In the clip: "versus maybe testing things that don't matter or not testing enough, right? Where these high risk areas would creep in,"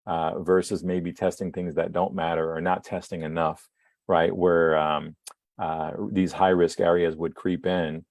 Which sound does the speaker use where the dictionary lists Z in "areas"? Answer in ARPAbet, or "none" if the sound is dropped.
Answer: Z